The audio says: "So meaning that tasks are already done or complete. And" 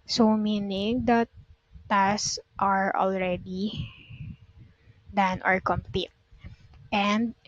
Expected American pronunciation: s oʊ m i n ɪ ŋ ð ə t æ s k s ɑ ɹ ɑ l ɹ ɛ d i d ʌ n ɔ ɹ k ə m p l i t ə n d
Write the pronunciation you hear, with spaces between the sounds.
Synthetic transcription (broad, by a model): s oʊ m i n ɪ ŋ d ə t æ s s ɑ ɹ ɑ l ɹ ɛ d i d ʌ n ɔ ɹ k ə m p i t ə n d